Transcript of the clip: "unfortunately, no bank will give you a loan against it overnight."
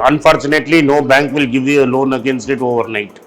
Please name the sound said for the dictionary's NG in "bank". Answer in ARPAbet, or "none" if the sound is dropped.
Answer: NG